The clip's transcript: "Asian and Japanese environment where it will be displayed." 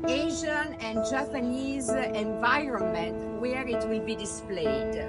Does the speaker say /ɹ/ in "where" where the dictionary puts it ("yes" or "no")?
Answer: yes